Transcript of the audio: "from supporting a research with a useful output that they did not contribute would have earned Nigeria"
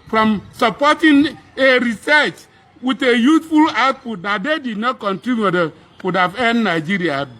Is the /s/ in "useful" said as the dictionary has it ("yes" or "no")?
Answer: no